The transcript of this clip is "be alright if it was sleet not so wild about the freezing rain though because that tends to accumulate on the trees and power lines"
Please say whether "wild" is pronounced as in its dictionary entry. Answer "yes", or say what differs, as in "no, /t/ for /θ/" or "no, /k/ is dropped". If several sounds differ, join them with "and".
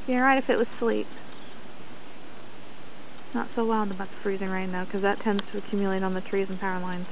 no, /n/ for /l/